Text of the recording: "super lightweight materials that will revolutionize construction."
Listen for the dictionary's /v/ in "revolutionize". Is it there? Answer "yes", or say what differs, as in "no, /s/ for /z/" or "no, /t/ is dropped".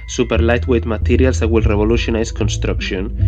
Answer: no, /b/ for /v/